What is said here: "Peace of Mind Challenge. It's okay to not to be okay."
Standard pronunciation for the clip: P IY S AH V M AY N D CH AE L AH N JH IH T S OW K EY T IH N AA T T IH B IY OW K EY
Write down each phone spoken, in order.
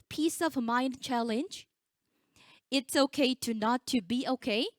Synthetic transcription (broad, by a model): P IY S AH V M AY N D CH AE L AH N JH IH T S OW K EY T IH N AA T T IH B IY OW K EY